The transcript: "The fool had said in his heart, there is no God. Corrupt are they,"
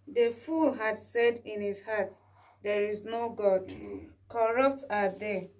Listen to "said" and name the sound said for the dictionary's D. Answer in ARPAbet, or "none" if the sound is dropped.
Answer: D